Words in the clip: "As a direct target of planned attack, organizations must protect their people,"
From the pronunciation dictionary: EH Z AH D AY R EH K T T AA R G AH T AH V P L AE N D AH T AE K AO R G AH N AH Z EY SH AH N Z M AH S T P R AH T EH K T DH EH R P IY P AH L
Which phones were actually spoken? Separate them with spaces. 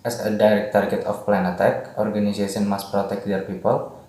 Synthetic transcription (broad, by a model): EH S AH D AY R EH K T T AA R G AH T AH F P L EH N AH T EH K AO R G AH N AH S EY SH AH N M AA S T P R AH T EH K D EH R P IY P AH L